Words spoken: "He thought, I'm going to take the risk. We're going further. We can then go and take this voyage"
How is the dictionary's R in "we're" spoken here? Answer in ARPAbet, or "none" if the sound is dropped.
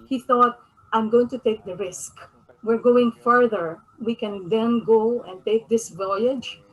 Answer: R